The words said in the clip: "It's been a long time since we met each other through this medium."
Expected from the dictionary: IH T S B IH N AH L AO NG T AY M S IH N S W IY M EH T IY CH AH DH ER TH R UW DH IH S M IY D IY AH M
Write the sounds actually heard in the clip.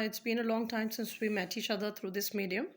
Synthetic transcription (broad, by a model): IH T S B IH N AH L AO NG T AY M S IH N S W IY M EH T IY SH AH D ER T R UW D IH S M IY D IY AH M